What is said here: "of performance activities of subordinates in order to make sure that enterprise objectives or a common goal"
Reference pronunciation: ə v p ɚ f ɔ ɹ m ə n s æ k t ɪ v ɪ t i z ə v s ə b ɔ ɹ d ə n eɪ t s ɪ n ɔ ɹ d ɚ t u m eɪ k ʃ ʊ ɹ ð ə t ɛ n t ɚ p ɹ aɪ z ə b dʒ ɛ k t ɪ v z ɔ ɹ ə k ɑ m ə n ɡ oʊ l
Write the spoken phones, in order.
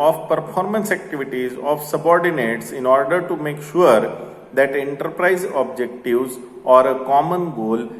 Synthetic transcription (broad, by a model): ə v p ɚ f ɔ ɹ m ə n s æ k t ɪ v ɪ t i z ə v s ə b ɔ ɹ d ə n eɪ t s ɪ n ɔ ɹ d ɚ t u m eɪ k ʃ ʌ ɹ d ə t ɛ n t ɚ p ɹ aɪ z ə b dʒ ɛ k t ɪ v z ɔ ɹ ə k ɑ m ə n ɡ oʊ l